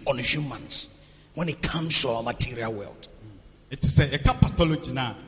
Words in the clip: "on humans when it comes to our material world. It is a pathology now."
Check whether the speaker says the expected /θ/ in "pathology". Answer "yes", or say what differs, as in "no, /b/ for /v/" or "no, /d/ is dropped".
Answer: no, /t/ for /θ/